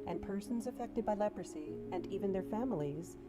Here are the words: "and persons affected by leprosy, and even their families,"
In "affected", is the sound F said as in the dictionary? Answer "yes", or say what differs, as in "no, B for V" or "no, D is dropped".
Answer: yes